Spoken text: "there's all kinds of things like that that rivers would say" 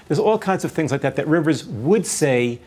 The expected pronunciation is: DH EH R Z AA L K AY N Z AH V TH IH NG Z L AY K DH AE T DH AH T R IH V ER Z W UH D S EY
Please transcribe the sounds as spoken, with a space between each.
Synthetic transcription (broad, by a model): DH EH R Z AA L K AY N Z AH V TH IH NG Z L AY K DH AE T DH AH T R IH V ER Z W UH D S EY